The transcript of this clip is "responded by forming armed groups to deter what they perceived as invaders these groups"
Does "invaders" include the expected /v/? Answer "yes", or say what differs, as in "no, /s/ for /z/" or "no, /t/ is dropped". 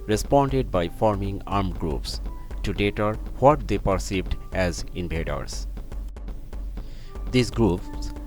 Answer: no, /b/ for /v/